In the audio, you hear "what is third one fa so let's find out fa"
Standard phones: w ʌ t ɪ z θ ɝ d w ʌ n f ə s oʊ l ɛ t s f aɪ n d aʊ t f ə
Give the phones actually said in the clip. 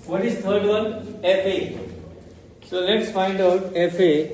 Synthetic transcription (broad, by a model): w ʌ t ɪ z t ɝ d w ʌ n f ə s oʊ l ɛ t s f aɪ n d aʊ t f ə